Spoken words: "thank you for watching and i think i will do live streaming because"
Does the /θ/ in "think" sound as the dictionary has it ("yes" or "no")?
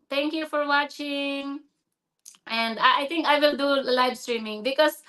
no